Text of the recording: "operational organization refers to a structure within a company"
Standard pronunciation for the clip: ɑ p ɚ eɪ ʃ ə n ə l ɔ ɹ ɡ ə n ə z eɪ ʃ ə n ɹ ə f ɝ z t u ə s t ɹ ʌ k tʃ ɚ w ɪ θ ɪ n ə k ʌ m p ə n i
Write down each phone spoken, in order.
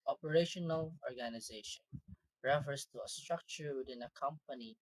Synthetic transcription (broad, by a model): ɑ p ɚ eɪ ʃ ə n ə l ɔ ɹ ɡ ə n ə z eɪ ʃ ə n ɹ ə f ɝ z t u ə s t ɹ ʌ k tʃ ɚ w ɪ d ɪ n ə k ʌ m p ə n i